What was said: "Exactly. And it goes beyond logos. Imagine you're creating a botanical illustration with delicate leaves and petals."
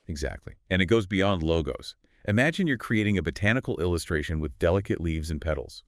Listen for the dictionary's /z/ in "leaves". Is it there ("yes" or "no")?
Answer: yes